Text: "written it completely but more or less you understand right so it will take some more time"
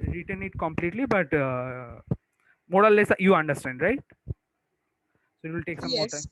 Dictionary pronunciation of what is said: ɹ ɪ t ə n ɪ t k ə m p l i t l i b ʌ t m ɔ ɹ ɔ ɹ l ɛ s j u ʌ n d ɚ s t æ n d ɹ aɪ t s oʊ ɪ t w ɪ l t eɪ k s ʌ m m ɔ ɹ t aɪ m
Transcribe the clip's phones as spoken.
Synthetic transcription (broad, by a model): ɹ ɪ t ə n ɪ t k ə m p l i t l i b ʌ t m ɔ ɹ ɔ l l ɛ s j u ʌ n d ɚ s t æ n d ɹ aɪ t s oʊ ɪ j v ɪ l t eɪ k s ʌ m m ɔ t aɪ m